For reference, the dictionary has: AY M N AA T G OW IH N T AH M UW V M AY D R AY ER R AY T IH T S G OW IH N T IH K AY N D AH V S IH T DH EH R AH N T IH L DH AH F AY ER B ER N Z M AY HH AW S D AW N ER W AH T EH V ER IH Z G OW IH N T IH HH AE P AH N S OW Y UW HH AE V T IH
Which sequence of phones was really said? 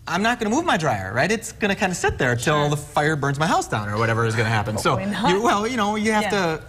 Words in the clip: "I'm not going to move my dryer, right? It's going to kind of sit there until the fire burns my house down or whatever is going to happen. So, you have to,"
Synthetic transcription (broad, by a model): AY M N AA T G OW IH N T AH M UW V M AY D R AY ER R AY T IH T S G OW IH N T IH K AY N D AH S IH T DH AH R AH N T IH L DH AH F AY ER B ER N Z M AY HH AW S D AW N ER W AH T EH V ER IH Z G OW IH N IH HH AE P AH N S OW Y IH HH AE F T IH